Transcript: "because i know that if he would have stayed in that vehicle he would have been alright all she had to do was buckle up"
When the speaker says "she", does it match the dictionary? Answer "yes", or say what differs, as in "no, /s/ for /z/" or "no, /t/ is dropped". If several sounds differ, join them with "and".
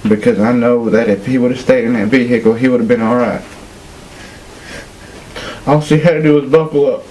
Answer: no, /s/ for /ʃ/